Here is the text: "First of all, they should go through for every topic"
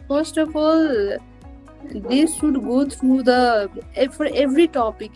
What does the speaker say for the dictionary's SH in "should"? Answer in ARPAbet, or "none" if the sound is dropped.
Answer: S